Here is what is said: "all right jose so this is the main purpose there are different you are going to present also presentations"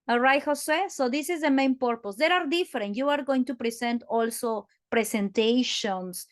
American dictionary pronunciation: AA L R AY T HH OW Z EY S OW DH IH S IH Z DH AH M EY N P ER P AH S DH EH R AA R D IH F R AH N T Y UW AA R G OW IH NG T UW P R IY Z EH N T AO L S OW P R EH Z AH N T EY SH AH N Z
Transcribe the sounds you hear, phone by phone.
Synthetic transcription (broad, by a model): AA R AY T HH OW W EY S OW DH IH S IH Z DH AH M EY N P ER P AH S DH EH R AA R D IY F R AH N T Y UW AA R G OW IH NG T UW P R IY S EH N T AO L S OW P R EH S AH N T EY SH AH N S